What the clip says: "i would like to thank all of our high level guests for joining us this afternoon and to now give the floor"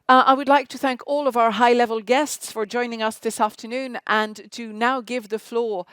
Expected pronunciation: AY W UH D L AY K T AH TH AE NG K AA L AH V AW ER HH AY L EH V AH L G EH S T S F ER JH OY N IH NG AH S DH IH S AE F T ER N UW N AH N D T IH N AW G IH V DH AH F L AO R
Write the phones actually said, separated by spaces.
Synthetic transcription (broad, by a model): AY W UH D L AY K T AH TH AE NG K AA L AH V AW ER HH AY L EH V AH L G EH S T S F ER JH OY N IH NG AH S DH IH S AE F T ER N UW N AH N T IH N AW G IH V DH AH F L AO R